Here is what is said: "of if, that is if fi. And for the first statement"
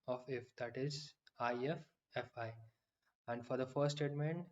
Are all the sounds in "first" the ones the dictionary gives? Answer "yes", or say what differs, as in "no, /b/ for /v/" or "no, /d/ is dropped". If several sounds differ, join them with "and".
no, /s/ is dropped